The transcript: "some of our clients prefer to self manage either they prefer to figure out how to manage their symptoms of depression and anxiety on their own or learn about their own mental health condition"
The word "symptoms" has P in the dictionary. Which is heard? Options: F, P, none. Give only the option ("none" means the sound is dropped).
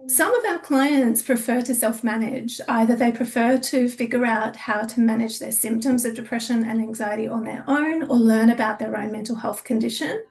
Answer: P